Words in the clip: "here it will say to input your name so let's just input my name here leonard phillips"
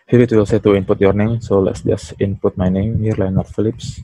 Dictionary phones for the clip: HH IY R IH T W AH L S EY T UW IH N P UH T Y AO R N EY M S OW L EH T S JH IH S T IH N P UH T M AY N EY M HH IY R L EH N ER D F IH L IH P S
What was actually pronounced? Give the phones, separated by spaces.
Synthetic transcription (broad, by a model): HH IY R IH T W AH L S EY T UW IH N P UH T Y AO R N EY M S OW L EH T S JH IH S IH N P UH T M AY N EY M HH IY R L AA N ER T F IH L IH P S